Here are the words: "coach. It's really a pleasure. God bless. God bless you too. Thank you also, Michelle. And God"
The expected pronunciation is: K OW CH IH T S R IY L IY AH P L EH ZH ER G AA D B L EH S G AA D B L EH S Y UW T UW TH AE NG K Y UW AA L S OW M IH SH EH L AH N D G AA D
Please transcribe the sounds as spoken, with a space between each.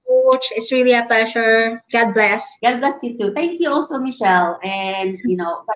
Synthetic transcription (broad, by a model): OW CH IH T S R IY L IY AH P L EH SH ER G AA D B L EH S G AA D B L EH S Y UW T UW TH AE NG K Y UW AA L S OW M IH SH EH L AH N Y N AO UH